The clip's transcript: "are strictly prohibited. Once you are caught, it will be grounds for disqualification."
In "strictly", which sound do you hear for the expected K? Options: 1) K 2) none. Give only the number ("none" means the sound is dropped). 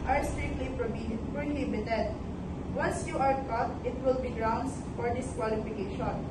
2